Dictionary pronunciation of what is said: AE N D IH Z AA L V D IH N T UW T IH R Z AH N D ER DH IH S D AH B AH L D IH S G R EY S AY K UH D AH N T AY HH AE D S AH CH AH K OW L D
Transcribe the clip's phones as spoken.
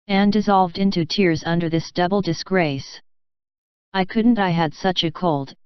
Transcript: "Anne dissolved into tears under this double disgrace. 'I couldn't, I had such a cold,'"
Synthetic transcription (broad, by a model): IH N D IH Z AA L V D IH N T UW T IH R Z AH N D ER DH IH S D AH B L D IH S G R EY S AY K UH D N T AY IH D S AH CH AH K OW L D